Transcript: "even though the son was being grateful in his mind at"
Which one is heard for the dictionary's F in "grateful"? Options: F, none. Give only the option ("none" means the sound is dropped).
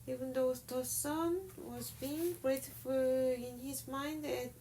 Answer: none